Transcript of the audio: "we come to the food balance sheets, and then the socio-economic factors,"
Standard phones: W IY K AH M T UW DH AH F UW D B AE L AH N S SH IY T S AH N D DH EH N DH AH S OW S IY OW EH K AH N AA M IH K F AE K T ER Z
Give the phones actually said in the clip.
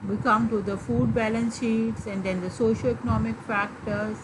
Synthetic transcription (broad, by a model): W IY K AH M T UW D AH F UW D B AE L AH N S SH IY T S AH N D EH N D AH S OW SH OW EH K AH N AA M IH K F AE K T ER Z